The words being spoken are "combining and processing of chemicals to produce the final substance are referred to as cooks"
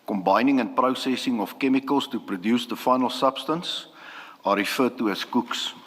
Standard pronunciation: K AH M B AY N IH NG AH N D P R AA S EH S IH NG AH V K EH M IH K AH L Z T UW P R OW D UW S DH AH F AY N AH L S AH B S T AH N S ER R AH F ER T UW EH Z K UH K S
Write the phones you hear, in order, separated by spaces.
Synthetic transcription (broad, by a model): K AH M B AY N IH NG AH N P R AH S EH S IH NG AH F K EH M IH K AH L S T UW P R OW D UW S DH AH F AY N AH L S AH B S T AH N S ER R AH F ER T UW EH S K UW K S